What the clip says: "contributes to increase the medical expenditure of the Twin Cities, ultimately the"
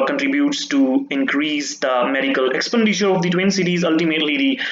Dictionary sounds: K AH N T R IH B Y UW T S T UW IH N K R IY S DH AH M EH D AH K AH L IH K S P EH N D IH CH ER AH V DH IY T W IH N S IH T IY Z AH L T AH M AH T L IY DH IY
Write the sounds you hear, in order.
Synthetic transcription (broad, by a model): K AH N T R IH B Y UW T S T UW IH N K R IY S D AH M EH D AH K AH L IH K S P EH N D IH SH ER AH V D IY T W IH N S IH T IY Z AH L T AH M AH T L IY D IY